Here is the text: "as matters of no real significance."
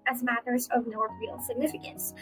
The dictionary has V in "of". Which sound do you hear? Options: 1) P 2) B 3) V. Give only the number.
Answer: 3